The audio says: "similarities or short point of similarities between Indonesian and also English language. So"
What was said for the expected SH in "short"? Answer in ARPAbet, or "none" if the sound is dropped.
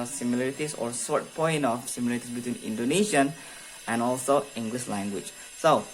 S